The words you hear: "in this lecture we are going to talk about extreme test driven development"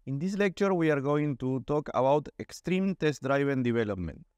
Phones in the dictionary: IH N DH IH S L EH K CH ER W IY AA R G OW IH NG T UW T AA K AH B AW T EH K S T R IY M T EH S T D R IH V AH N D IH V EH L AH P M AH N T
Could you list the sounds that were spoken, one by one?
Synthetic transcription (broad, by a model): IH N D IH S L EH K CH ER W IY AA R G OW IH NG T UW T AA K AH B AW T EH K S T R IY M T EH S T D R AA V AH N D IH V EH L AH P M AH N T